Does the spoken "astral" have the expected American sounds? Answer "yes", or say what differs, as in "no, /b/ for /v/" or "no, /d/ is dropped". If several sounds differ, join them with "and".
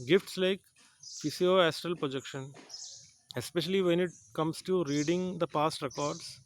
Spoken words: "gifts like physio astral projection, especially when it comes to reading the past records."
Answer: yes